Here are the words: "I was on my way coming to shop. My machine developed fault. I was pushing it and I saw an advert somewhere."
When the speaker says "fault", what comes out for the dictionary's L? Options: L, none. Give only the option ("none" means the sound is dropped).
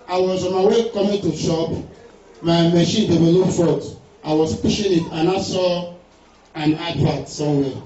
none